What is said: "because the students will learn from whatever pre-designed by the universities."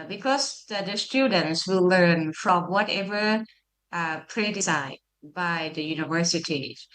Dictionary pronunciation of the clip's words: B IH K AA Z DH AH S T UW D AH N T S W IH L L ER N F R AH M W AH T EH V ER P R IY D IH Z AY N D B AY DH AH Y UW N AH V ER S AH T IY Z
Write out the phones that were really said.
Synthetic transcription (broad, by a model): B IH K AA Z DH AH S T UW D AH N T S W IH L L ER N F R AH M W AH T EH V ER P R IY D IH S AY D B AY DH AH Y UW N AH V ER S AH T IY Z